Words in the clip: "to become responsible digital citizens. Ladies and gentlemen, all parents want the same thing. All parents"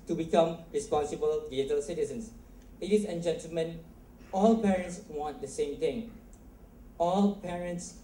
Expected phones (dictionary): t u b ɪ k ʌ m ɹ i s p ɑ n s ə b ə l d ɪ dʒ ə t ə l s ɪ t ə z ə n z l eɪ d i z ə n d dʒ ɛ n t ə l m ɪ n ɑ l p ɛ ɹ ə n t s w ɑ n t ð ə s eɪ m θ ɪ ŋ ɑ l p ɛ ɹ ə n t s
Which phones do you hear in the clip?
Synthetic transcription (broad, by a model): t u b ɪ k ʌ m ɹ i s p ɑ n s ə b ə l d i ə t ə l s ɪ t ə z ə n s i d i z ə n dʒ ɛ n t ə l m ɪ n ɑ l p ɛ ɹ ə n t s w ɑ n t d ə s eɪ m t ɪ ŋ ɑ l p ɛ ɹ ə n t s